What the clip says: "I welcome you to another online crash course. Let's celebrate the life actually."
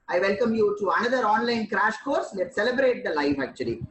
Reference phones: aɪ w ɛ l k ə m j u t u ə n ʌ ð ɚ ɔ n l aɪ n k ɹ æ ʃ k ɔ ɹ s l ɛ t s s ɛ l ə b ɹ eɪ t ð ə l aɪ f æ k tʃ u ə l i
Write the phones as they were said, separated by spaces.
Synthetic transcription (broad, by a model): aɪ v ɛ l k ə m j u t u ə n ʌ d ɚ ɔ n l aɪ n k ɹ æ ʃ k ɔ ɹ s l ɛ t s s ɛ l ə b ɹ eɪ t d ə l aɪ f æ k tʃ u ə l i